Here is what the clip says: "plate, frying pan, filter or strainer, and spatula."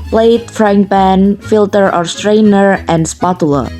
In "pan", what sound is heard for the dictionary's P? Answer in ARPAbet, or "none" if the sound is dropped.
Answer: B